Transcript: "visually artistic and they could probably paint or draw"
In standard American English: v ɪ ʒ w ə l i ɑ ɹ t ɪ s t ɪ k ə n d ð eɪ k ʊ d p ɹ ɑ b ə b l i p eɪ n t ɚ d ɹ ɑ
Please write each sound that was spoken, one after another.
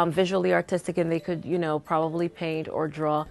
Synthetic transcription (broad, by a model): v ɪ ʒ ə l i ɑ ɹ t ɪ s t ɪ k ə n ð eɪ k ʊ d p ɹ ɑ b ə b l i p eɪ n t ɚ d ɹ ɑ